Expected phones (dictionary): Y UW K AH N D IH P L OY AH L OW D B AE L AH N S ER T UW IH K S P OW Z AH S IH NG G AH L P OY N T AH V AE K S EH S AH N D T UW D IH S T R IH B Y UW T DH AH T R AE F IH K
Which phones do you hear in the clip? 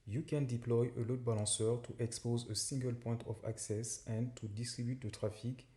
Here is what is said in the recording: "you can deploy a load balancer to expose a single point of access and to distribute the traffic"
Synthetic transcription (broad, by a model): Y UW K AH N D IH P L OY AH L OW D B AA L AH S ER T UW IH K S P OW Z AH S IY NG G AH L P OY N T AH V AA K S EH S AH N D T UW D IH S T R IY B Y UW T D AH T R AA F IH K